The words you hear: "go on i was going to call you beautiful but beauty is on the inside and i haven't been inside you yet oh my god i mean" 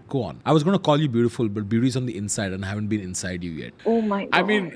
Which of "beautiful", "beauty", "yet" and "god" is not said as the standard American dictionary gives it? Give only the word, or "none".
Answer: god